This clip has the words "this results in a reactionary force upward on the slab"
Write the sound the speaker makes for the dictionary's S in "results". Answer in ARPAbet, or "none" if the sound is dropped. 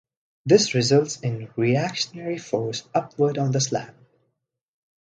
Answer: S